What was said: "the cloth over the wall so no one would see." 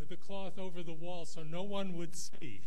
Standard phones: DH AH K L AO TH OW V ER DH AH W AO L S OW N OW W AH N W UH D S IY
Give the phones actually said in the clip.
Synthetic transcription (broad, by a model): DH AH K L AO TH OW V ER DH AH W AO L S OW N OW W AH N W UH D S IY